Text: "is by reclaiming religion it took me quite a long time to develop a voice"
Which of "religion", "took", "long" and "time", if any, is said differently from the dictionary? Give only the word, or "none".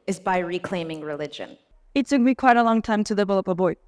took